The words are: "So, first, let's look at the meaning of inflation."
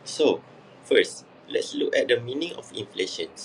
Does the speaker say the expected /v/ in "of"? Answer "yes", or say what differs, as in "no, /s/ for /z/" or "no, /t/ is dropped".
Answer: no, /f/ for /v/